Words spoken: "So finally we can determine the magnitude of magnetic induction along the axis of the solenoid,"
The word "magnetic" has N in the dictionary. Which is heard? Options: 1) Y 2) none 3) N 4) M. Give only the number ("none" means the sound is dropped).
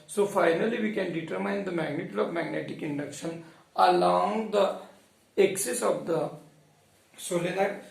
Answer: 3